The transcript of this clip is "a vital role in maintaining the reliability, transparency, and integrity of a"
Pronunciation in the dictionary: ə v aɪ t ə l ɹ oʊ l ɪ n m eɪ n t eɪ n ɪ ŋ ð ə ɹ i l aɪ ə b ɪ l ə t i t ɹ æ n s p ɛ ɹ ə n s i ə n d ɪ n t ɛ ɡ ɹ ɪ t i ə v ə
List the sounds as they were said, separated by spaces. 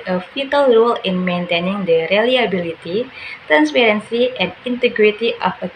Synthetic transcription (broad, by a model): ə f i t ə l ɹ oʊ l ɪ n m eɪ n t eɪ n ɪ ŋ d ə ɹ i l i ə b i l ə t i t ɹ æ n s p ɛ ɹ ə n s i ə n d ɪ n t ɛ ɡ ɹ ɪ t i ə f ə